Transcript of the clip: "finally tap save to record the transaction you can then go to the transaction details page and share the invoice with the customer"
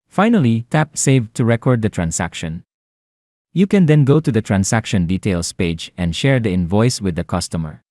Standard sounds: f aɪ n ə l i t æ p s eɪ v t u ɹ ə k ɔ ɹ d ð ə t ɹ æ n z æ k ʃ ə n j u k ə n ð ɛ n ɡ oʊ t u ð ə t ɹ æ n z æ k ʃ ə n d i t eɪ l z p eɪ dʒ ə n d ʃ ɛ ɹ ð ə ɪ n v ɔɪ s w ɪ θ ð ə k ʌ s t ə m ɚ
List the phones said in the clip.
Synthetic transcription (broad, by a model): f aɪ n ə l i t æ p s eɪ v t u ɹ ə k ɔ ɹ d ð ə t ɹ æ n s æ k ʃ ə n j u k ə n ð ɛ n ɡ oʊ t u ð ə t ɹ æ n s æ k ʃ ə n d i t eɪ l s p eɪ dʒ ə n d ʃ ɛ ɹ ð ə ɪ n v ɔɪ s w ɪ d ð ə k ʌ s t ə m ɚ